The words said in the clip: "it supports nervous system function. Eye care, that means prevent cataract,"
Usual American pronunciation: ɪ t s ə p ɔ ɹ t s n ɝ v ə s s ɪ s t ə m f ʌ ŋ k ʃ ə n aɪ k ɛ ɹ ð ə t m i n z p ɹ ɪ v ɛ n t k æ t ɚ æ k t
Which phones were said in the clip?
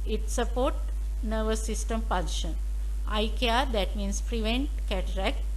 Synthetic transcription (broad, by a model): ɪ t s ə p ɔ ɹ t n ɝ v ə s s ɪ s t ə m p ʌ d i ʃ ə n aɪ k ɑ ɹ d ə t m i n s p ɹ ɪ v ɛ n t k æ t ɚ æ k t